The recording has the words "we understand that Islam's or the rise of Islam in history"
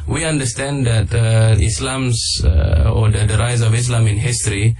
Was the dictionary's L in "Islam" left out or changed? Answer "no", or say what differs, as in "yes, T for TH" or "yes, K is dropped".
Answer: no